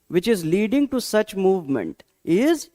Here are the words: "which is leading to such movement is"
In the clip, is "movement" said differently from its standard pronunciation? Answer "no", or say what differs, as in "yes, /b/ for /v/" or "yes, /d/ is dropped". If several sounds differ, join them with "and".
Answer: no